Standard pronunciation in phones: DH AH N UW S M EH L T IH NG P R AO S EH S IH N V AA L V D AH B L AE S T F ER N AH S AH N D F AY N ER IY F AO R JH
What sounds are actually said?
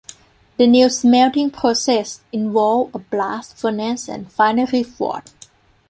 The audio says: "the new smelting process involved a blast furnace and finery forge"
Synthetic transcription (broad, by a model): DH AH N UW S M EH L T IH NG P R AO S EH S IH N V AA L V AH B L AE S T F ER N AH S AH N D F AY N ER IY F AO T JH